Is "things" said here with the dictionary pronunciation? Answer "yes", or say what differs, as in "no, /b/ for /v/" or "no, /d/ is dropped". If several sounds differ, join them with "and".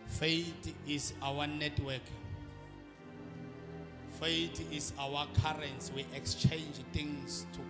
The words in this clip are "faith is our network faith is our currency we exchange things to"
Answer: no, /t/ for /θ/